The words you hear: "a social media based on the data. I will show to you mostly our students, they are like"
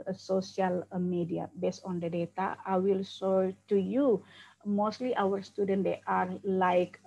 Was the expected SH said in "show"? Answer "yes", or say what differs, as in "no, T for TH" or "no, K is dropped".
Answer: no, S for SH